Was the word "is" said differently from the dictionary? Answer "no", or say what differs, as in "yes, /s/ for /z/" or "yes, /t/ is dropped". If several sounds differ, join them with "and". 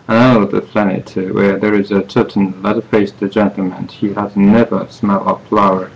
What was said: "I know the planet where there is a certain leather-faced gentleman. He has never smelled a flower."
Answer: no